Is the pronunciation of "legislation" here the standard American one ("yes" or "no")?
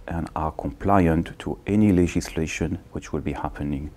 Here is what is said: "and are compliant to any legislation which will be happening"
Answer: yes